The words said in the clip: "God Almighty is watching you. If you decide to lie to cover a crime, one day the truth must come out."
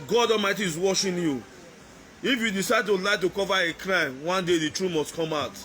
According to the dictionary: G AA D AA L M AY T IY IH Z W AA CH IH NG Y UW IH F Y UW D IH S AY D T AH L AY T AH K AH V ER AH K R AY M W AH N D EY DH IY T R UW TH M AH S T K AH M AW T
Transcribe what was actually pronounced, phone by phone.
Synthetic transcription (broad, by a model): G AA D AA L M AY T IY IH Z W AA SH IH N Y UW IH F Y UW D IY S AY D T AH L AY T AH K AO V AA AH K R AY M W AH N D EY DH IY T R UW M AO S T K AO M AW T